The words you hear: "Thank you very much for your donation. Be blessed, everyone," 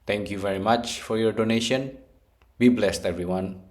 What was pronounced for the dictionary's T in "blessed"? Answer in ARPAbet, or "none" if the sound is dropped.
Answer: T